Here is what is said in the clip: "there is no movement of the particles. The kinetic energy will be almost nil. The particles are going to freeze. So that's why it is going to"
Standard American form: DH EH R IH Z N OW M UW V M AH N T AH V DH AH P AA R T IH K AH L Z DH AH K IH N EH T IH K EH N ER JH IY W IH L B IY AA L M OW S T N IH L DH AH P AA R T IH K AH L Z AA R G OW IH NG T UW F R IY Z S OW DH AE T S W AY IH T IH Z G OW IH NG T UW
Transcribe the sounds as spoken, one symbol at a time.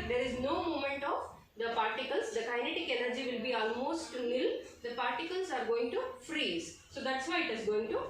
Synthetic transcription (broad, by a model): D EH R IH Z N OW M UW M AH N T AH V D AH P AA R T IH K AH L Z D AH K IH N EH T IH K EH N ER JH IY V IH L B IY AA L M OW S T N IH L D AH P AA R T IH K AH L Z AA R G OW IH NG T UW F R IY Z S OW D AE T S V AY IH T IH Z G OW IH NG T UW